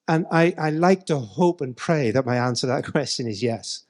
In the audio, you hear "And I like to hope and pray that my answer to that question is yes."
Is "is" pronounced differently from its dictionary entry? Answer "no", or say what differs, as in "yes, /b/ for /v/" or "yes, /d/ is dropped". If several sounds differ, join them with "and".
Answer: no